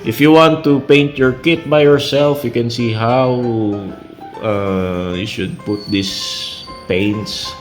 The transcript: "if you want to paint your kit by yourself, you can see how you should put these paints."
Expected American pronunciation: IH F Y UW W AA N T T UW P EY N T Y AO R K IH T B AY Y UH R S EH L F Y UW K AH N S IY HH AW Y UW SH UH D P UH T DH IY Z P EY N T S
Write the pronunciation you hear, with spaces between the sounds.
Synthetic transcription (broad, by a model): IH F Y UW W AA N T T UW P EY N T Y AO R K IH T B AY Y UH R S EH L F Y UW K AH N S IY HH AW Y UW SH UH D P UH T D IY S P EY N T S